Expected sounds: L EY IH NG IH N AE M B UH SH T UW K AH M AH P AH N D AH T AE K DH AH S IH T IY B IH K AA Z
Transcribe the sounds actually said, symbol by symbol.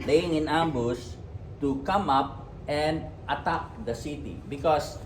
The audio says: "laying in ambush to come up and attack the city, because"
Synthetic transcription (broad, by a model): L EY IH NG IH N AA M B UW S T UW K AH M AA P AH N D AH T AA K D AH S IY T IY B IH K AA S